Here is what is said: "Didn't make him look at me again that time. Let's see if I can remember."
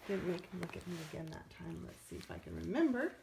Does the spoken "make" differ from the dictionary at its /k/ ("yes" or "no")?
yes